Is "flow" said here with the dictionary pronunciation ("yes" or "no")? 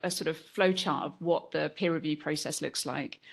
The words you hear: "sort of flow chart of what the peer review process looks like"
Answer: yes